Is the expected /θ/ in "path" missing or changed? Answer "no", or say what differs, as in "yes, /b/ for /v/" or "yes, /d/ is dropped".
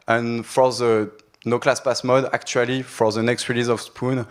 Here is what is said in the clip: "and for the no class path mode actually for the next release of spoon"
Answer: yes, /s/ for /θ/